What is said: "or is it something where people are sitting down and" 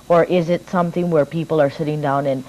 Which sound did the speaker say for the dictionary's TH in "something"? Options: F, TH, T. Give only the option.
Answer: TH